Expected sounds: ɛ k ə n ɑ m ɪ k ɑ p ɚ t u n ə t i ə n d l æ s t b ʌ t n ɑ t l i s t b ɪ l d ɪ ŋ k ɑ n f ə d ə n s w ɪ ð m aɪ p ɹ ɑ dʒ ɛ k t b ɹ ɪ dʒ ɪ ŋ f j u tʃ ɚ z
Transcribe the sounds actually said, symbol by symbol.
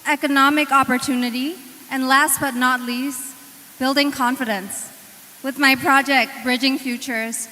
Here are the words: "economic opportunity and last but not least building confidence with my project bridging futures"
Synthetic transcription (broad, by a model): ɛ k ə n ɑ m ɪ k ɑ p ɚ t u n ə t i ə n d l æ s t b ʌ t n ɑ t l i s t b ɪ l d ɪ ŋ k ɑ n f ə d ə n s w ɪ ð m aɪ p ɹ ɑ dʒ ɛ k t b ɹ ɪ dʒ ɪ ŋ f j u tʃ ɚ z